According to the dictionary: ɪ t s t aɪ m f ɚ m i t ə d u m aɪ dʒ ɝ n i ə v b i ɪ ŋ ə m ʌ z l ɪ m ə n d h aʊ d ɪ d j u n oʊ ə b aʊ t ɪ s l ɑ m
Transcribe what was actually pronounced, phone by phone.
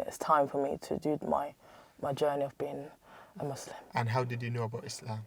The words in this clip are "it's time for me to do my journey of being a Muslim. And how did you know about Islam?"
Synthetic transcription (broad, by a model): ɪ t s t aɪ m f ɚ m i t ə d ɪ m aɪ dʒ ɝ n i ə v b i ɪ ŋ ə m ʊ s l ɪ m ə n h aʊ d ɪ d j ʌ n oʊ ə b aʊ t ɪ s l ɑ m